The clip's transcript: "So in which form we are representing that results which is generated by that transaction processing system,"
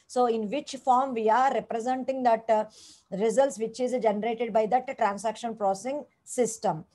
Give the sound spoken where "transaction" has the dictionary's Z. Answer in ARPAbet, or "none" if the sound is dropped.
S